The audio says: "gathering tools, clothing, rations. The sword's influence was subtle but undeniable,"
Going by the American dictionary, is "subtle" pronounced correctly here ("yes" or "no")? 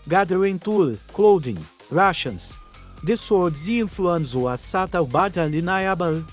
no